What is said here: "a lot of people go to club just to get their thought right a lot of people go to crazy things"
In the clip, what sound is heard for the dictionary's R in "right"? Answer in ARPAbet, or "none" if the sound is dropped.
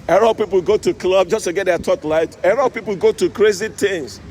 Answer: L